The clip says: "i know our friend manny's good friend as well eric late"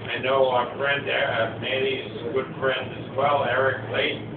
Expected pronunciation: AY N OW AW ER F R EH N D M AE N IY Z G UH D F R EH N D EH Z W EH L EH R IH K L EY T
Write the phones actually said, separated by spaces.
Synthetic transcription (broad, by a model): AY N OW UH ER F R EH N D M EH L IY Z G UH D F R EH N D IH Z W EH L EH R IH K L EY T